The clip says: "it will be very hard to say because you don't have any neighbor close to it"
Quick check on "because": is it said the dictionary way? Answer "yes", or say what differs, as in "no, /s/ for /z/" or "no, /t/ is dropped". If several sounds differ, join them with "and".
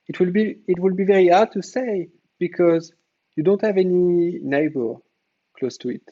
yes